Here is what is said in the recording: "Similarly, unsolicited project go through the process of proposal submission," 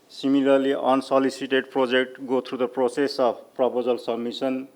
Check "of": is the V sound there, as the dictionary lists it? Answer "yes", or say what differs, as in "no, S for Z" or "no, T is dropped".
no, B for V